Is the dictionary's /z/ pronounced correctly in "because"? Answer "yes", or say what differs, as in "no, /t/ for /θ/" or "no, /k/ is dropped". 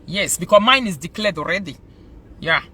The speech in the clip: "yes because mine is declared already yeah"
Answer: no, /z/ is dropped